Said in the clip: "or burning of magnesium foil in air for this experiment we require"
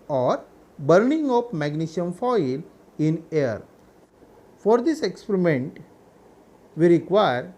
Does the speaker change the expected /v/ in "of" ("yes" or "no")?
yes